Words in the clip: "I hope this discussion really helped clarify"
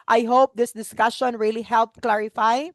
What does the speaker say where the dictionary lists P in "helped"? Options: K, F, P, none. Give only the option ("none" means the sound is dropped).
P